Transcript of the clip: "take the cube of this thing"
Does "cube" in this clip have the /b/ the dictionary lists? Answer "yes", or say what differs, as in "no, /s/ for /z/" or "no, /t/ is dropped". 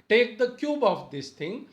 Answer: yes